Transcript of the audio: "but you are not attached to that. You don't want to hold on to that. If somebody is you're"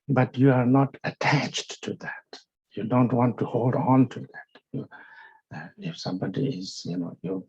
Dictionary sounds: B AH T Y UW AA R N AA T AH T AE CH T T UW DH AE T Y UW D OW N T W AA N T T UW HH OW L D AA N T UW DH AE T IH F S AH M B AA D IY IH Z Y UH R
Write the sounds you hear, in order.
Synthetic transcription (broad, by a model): B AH T Y UW AA R N AA T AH T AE CH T T UW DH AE T Y UW D OW N T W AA N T T UW HH OW L D AA N T UW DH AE T IH F S AH M B AA D IY IH Z Y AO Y